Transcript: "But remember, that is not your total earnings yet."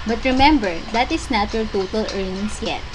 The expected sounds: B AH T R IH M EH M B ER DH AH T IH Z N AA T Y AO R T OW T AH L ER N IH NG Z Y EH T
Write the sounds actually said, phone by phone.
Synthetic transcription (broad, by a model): B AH T R IH M EH M B ER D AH T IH S N AA T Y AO R T OW T AH L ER N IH NG S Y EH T